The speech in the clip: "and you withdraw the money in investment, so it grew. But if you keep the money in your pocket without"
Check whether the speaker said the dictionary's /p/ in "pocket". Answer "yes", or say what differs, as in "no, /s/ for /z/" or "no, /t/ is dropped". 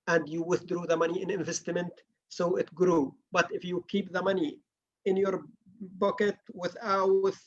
no, /b/ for /p/